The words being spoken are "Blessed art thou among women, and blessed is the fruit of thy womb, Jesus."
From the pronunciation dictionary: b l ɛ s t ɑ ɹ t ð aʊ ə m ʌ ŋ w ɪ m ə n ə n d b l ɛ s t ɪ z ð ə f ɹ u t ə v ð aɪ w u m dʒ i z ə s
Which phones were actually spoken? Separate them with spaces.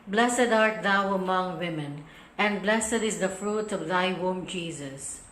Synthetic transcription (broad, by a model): b l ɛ s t ɑ ɹ t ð aʊ ə m ʌ ŋ w ɪ m ə n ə n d b l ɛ s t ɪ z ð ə f ɹ u t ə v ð aɪ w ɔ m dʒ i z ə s